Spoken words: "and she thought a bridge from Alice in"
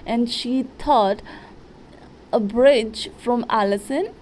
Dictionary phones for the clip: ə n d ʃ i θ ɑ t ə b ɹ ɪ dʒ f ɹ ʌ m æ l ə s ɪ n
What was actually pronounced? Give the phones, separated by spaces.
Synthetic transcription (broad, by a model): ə n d ʃ i t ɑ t ə b ɹ ɪ dʒ f ɹ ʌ m æ l ə s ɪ n